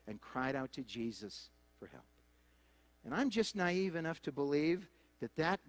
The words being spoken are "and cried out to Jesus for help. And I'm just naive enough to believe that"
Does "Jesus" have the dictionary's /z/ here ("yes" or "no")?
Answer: yes